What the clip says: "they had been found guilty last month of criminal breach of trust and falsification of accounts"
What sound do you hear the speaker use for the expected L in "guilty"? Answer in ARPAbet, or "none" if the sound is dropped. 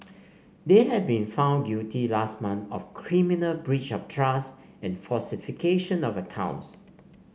none